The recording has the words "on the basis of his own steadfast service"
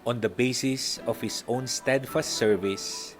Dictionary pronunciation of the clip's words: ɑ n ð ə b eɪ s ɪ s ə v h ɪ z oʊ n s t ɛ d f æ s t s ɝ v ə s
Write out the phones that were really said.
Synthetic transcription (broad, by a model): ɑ n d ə b eɪ s ɪ s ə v h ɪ s oʊ n s t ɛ d f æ s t s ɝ v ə s